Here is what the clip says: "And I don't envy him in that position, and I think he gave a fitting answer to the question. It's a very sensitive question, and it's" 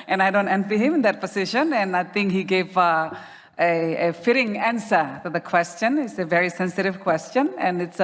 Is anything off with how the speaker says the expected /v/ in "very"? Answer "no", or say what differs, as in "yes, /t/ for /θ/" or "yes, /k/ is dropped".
no